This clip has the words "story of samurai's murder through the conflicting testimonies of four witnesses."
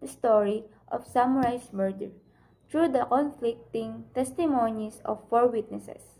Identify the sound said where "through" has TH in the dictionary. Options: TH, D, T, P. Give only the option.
T